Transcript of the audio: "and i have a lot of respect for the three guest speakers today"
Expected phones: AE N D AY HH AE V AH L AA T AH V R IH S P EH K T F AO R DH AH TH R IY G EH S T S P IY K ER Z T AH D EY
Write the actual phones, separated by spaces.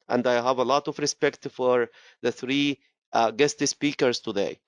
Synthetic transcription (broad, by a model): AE N D AY HH AE V AH L AA T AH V R IH S P EH K T F AO R DH AH TH R IY G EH S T S P IY K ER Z T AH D EY